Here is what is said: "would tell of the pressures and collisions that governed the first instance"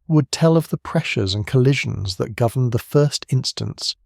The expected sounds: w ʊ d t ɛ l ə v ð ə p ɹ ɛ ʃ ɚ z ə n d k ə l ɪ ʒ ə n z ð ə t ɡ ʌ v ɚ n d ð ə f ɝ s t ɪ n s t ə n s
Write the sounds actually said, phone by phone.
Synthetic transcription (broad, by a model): w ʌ d t ɛ l ə v ð ə p ɹ ɛ ʃ ɚ z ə n k ə l ɪ ʒ ə n z ð ə t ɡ ʌ v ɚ n ð ə f ɝ s t ɪ n s t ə n s